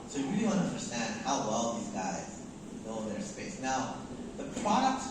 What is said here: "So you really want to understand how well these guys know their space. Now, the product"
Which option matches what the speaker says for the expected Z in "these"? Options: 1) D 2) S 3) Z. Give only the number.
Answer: 3